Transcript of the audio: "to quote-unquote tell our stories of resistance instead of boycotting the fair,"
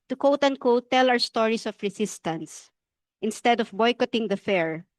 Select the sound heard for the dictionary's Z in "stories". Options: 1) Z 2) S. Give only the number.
2